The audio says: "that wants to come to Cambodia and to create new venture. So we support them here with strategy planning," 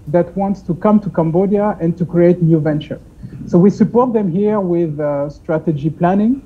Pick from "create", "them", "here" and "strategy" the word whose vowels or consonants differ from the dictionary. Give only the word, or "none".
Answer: none